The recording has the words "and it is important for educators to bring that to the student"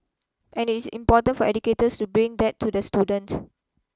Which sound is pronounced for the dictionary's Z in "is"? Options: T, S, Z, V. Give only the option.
S